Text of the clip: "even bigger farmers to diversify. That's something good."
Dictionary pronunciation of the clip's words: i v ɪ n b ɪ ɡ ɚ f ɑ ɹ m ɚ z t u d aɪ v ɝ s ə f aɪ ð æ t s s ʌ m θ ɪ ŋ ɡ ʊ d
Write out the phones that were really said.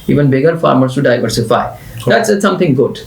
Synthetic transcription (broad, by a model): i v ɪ n b ɪ ɡ ɚ f ɑ ɹ m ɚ s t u d aɪ v ɝ s ə f aɪ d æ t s s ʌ m t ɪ ŋ ɡ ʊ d